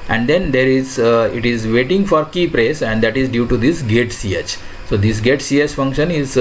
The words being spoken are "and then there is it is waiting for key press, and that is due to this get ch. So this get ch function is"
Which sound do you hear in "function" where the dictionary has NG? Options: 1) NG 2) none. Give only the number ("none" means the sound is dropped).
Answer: 1